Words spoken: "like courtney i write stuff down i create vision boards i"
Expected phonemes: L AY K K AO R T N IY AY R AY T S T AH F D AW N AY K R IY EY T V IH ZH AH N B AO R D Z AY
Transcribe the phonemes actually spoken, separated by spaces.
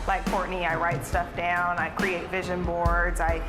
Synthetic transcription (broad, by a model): L AY K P AO R T N IY AY R AY T S T AH F D AW N AY K R IY EY T V IH ZH AH N B AO R D Z AY